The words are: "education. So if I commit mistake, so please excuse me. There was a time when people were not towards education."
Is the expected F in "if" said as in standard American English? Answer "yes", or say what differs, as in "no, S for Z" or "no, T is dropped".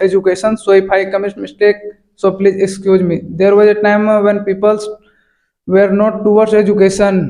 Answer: no, P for F